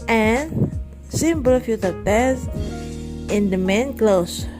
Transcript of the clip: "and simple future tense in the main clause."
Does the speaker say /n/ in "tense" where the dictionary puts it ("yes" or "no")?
no